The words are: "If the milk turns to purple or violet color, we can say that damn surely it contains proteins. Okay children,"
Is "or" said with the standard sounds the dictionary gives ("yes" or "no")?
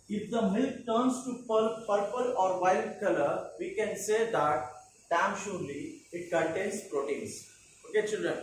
yes